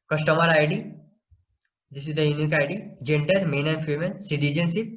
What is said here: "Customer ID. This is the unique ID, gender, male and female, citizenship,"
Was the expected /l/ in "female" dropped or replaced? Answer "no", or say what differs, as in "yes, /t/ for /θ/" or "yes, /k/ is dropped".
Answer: yes, /n/ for /l/